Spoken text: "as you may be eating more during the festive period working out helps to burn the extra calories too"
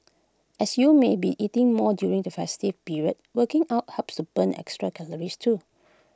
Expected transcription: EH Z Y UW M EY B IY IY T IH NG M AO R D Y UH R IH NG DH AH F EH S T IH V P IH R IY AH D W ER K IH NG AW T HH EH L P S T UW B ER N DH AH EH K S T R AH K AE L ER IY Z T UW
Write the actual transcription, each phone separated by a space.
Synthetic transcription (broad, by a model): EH S Y UW M EY B IY IY T IH NG M AO D Y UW R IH NG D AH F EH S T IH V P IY R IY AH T W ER K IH NG AW T HH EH P S T UW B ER N EH K S T R AH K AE L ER IY S T UW